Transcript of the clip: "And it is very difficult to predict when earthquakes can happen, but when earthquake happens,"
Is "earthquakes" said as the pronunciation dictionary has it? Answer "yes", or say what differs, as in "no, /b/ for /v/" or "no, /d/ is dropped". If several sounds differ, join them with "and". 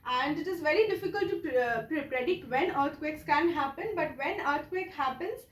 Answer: no, /t/ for /θ/